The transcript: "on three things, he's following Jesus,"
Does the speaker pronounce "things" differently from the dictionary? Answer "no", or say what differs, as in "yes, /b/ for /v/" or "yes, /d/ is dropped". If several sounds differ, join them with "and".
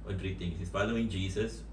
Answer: yes, /t/ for /θ/